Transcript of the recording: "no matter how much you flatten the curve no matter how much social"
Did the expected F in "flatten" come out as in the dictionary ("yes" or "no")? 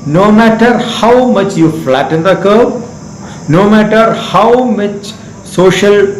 yes